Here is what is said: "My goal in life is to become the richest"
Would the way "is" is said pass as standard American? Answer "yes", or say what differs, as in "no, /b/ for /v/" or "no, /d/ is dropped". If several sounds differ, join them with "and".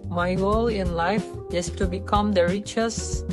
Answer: no, /s/ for /z/